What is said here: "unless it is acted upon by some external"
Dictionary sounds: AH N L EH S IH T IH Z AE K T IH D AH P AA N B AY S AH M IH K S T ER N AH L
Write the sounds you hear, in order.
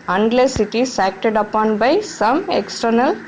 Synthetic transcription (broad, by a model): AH N L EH S IH T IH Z AE K T IH D AH P AA N B AY S AH M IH K S T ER N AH L